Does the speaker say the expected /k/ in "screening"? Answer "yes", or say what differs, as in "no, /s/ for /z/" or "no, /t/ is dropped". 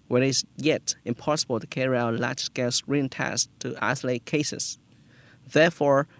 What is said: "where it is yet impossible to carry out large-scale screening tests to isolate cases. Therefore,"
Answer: no, /k/ is dropped